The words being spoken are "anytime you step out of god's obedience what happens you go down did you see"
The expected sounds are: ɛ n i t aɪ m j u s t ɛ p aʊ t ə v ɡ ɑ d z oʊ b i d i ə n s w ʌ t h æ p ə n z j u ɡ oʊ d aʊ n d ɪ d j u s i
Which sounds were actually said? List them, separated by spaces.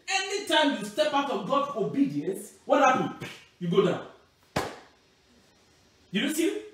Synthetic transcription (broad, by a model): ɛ n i t aɪ m j u s t ɛ p aʊ t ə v ɡ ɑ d s oʊ b i d i ə n s w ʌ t h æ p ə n j u ɡ oʊ d aʊ n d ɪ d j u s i